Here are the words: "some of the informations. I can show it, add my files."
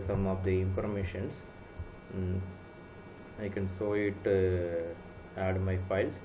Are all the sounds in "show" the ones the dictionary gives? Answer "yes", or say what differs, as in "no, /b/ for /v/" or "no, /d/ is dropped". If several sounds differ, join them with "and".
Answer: no, /s/ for /ʃ/